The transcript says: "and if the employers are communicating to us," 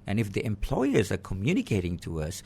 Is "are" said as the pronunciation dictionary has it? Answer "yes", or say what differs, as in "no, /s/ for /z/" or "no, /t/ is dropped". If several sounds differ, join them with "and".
yes